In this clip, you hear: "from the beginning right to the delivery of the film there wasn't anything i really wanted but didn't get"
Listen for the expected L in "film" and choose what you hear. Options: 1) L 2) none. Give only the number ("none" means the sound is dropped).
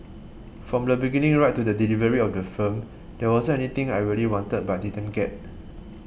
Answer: 2